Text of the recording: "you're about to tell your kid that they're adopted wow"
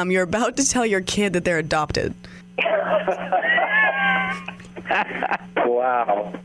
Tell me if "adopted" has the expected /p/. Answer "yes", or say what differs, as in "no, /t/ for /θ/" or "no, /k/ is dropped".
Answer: yes